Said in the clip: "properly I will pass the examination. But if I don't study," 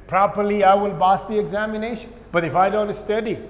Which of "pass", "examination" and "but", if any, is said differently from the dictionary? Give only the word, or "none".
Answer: pass